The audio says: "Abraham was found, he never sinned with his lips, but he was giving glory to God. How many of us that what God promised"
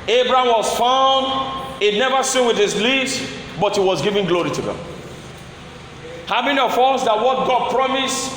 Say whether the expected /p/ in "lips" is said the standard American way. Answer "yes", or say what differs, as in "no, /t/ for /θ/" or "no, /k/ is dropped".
no, /p/ is dropped